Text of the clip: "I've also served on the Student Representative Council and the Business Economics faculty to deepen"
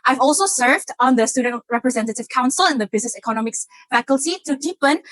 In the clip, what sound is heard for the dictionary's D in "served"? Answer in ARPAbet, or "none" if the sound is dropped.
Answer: D